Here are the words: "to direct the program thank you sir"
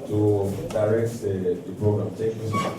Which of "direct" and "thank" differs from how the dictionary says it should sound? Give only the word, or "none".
thank